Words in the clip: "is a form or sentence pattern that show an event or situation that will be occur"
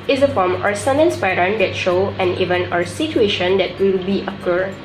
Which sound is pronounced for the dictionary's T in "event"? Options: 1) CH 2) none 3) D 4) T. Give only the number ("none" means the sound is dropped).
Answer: 2